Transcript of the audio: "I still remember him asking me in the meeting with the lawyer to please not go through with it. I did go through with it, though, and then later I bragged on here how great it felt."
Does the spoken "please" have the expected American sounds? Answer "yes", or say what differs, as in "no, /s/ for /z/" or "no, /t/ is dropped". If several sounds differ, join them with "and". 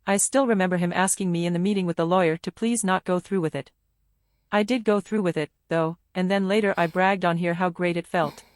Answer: yes